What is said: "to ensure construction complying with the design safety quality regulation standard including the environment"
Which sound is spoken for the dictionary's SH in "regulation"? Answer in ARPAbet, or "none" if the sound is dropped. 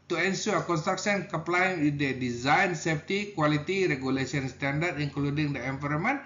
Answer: S